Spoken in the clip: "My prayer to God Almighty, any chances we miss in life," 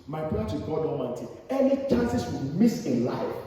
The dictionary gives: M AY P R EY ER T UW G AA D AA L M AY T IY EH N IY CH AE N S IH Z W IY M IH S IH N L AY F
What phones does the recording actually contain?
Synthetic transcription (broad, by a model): M AY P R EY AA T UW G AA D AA M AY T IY EH N IY CH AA N S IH S W IY M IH S IH N L AY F